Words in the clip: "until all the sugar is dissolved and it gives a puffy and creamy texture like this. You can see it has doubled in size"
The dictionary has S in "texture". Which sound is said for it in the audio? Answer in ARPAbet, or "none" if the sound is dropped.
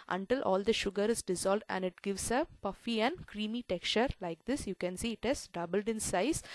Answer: none